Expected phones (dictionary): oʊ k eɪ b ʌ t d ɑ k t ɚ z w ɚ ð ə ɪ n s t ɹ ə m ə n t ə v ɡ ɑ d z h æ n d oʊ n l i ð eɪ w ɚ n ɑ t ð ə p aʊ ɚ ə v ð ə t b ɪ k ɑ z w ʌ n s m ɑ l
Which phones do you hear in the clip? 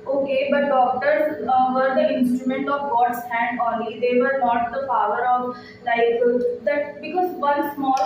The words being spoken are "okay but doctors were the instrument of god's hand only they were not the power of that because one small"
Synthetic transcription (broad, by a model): oʊ k eɪ b ʌ t d ɑ k t ɚ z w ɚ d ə ɪ n s t ɹ ə m ə n t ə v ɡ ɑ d s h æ n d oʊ l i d eɪ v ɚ n ɑ t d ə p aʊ ɚ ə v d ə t b ɪ k ɑ z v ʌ n s m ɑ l